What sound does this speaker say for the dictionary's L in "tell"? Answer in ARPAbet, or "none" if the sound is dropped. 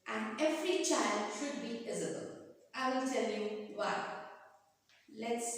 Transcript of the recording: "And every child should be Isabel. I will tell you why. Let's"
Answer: L